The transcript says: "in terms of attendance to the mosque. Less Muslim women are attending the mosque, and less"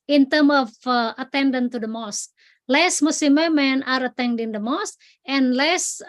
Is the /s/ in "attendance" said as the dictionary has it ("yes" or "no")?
no